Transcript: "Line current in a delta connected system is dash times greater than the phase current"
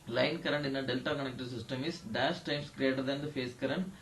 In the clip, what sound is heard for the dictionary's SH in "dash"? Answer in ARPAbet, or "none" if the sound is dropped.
S